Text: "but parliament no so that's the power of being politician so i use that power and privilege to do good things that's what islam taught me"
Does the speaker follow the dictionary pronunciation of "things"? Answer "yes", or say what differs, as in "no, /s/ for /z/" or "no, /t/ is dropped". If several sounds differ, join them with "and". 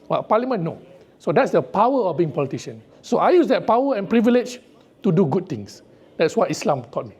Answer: no, /t/ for /θ/